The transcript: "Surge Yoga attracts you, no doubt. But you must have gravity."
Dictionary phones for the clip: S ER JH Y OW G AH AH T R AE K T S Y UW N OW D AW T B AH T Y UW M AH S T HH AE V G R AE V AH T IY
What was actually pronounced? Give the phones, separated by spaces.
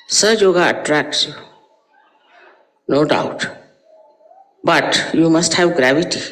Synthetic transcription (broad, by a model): S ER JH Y OW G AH AH T R AE K T S Y UW N OW D AW T B AH T Y UW M AH S T HH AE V G R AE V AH T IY